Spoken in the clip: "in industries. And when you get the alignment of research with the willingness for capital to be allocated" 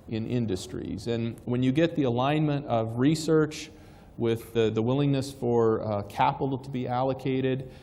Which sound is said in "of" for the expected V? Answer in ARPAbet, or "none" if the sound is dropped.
V